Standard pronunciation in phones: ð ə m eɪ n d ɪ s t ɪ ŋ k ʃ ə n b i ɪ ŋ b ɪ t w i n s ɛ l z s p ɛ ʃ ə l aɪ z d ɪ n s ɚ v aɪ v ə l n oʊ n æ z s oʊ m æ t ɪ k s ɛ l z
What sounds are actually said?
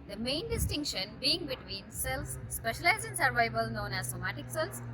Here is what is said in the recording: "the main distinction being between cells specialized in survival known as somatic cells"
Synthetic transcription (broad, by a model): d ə m eɪ n d ɪ s t ɪ ŋ k ʃ ə n b i ɪ ŋ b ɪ t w i n s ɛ l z s p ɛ ʃ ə l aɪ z ɪ n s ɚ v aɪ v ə l n oʊ n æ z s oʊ m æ t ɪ k s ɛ l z